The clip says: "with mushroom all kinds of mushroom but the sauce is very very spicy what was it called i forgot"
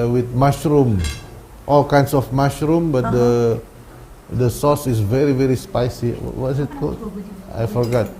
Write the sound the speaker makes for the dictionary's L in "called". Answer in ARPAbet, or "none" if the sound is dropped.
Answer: none